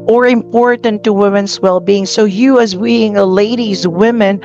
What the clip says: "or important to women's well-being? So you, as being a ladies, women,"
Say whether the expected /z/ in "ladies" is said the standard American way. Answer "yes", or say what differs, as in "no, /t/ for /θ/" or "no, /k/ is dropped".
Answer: yes